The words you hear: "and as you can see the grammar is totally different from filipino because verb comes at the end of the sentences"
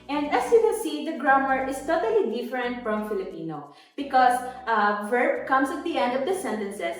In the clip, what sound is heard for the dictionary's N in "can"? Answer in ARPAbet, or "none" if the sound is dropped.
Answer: L